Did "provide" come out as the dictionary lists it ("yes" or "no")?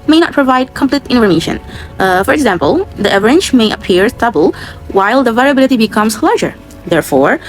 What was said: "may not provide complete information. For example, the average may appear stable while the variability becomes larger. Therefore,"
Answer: yes